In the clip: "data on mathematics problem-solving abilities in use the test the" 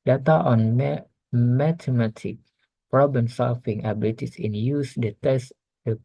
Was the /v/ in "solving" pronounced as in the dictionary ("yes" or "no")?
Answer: no